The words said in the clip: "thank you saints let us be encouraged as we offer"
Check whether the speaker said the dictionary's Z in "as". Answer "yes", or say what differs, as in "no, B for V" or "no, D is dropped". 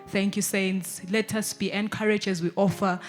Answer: yes